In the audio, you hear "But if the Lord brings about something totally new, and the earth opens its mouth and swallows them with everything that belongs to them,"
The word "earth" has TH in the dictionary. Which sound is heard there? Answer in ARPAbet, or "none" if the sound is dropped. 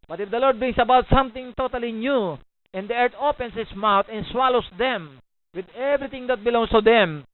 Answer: T